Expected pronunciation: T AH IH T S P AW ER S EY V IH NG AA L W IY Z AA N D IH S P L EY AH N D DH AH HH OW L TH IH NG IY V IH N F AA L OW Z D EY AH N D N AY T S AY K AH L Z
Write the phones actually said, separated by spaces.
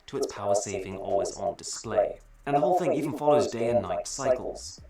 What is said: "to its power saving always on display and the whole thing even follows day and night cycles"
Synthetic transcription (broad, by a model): T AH IH T S P AW ER S EY V IH NG AA L W IY Z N D IH S P L EY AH N DH AH HH OW L TH IH NG IY V N F AA L OW Z D EY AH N N AY T S AY K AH L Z